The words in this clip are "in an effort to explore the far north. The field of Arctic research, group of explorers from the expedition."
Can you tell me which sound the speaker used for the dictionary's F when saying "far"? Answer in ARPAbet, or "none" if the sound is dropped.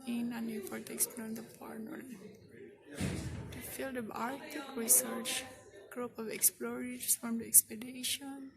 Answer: P